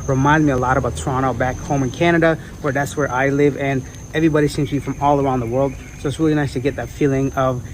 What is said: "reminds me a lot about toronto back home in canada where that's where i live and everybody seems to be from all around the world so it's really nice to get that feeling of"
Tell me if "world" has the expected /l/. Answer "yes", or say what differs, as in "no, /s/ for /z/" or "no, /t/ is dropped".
yes